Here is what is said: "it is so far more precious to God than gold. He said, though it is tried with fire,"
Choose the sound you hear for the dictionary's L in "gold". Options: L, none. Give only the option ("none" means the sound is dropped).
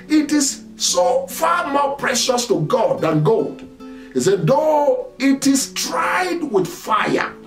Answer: L